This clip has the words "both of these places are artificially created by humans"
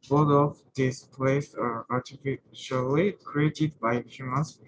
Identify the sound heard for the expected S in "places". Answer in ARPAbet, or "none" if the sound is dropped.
none